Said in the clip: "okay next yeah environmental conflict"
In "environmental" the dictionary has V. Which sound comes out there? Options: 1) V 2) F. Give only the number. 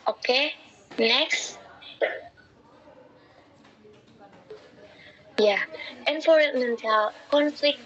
2